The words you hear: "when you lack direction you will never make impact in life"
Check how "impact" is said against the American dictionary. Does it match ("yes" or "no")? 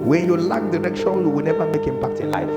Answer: yes